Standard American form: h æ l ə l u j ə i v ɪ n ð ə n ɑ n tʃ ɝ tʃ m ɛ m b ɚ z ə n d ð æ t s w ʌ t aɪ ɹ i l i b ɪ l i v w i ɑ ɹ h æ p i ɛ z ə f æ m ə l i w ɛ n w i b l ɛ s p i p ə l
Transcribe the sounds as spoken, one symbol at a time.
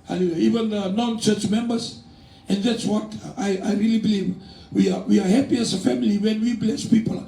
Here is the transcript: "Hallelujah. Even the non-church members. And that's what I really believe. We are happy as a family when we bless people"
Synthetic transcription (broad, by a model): h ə l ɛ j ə i v ɪ n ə n ɑ n tʃ ɝ tʃ m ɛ m b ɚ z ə n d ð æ t s w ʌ t aɪ ɹ i l i b ɪ l i v w i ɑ w h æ p i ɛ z ə f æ m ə l i w ɛ n w i b l ɛ s p i p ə l